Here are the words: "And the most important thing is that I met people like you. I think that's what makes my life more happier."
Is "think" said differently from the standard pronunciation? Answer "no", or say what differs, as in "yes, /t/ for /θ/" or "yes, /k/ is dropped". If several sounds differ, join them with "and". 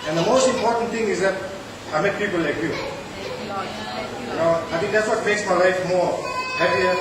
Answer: yes, /t/ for /θ/